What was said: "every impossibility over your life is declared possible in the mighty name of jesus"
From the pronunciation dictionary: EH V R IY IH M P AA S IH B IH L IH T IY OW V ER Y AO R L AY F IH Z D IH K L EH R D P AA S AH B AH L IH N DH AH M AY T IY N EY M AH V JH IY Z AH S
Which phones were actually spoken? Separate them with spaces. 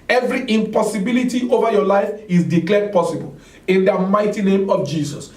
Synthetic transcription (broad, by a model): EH V R IY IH M P AA S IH B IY L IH T IY OW V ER Y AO L AY F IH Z D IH K L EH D P AA S AH B AH L IH N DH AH M AY T IY N EY M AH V JH IY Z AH S